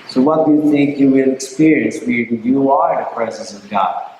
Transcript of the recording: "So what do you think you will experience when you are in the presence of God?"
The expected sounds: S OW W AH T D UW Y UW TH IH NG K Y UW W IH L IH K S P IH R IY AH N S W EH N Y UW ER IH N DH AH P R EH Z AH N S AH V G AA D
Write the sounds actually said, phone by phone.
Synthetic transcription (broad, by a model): S OW W AH T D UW Y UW TH IH NG K Y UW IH N IH K S P IH R IY AH N S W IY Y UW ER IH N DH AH P R EH Z AH N S AH V G AA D